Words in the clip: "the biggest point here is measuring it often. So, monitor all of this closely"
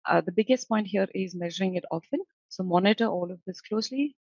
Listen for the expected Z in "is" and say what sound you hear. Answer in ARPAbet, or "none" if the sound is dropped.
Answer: Z